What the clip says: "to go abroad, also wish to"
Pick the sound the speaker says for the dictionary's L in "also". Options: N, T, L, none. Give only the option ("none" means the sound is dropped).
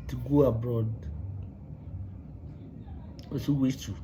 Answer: none